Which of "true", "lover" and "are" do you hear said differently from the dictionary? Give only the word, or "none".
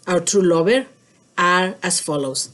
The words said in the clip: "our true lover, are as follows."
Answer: lover